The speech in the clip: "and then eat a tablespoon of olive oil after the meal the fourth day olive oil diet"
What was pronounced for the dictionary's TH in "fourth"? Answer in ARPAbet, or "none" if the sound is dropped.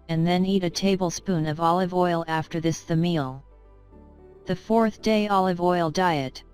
TH